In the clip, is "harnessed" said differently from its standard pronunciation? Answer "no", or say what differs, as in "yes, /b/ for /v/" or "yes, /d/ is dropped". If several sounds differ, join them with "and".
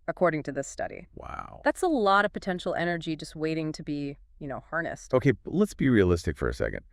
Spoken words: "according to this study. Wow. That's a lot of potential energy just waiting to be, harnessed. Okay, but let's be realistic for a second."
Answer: no